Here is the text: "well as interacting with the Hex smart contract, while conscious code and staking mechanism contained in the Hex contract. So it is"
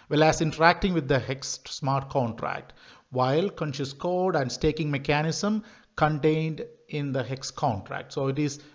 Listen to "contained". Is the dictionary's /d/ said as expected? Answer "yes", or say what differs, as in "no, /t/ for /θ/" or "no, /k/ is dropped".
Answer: yes